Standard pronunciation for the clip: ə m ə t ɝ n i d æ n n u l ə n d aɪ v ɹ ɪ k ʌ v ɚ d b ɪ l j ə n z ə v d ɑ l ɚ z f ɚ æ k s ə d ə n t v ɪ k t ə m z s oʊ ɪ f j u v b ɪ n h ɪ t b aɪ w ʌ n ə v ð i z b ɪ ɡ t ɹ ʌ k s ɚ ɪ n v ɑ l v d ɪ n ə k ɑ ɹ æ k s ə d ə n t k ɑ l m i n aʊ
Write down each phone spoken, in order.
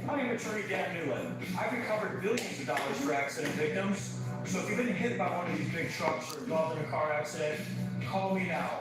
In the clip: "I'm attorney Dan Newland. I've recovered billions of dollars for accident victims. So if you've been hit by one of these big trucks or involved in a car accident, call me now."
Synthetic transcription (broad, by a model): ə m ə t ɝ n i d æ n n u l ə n aɪ v ɹ ɪ k ʌ v ɚ d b ɪ l j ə n z ə v d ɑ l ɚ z f ɚ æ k s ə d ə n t v ɪ k t ə m z s oʊ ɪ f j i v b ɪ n h ɪ t b aɪ w ʌ n ə v ð i z b ɪ ɡ t ɹ ʌ k s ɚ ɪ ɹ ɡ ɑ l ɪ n ə k ɑ ɹ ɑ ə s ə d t k ɑ l m i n aʊ